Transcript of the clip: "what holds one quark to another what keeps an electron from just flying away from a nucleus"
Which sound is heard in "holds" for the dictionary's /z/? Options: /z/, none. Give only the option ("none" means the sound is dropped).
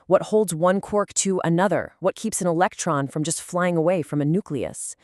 /z/